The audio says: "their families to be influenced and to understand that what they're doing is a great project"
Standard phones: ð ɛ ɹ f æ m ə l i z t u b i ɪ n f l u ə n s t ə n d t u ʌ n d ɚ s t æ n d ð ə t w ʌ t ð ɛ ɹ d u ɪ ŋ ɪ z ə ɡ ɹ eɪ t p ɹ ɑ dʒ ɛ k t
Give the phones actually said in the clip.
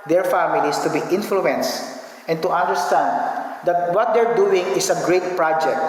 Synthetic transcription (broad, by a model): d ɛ ɹ f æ m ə l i s t u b i ɪ n f l u ə n s t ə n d t u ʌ n d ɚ s t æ n d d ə t w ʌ t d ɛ ɹ d u ɪ ŋ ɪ s ə ɡ ɹ eɪ t p ɹ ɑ dʒ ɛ k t